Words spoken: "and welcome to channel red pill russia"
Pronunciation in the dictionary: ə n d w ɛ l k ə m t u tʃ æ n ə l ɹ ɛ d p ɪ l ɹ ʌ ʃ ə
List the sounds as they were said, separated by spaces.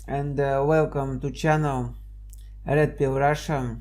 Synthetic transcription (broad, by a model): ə n d w ɛ l k ə m t u tʃ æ n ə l ɹ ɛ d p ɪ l ɹ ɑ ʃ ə